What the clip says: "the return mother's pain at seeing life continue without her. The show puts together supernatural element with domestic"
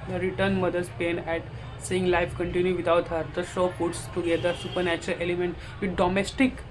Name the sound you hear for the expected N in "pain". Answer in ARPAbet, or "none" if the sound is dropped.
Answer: N